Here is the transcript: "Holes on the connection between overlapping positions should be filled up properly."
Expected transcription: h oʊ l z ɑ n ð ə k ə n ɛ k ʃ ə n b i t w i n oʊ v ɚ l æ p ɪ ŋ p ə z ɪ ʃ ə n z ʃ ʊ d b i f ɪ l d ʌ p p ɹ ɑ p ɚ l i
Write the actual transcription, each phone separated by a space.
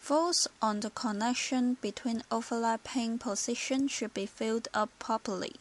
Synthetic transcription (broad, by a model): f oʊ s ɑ n ð ə k ə n ɛ k ʃ ə n b i t w i n oʊ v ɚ l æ p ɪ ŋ p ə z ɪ ʃ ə n ʃ ʊ d b i f ɪ l d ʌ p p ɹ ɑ p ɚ l i